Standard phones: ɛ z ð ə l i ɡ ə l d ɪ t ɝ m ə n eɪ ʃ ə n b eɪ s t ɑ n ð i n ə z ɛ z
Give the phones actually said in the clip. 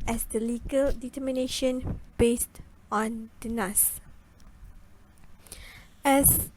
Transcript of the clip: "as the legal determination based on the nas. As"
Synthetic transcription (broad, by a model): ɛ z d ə l i ɡ ə l d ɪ t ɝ m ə n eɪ ʃ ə n b eɪ s t ɑ n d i n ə s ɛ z